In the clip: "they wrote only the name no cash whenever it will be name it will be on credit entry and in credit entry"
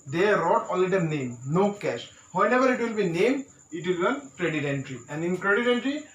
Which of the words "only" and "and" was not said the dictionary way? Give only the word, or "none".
only